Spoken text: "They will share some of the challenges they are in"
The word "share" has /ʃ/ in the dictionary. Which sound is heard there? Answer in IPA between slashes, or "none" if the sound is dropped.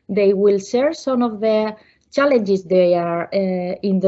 /s/